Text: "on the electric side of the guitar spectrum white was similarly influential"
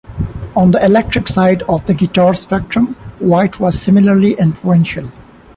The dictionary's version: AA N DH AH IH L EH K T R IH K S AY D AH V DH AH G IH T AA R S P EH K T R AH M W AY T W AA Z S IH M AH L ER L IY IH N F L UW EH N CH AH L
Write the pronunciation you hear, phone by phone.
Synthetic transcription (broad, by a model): AA N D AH IH L EH K T R IH K S AY D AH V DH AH G IH T AA R S P EH K T R AH M W AY T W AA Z S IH M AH L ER L IY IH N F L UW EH N SH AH L